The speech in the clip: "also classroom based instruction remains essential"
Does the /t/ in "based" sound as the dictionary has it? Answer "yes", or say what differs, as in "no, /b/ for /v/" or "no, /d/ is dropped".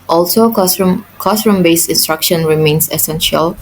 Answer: no, /t/ is dropped